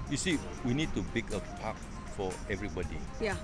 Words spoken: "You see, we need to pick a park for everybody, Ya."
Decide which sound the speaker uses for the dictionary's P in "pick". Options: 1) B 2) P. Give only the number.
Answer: 1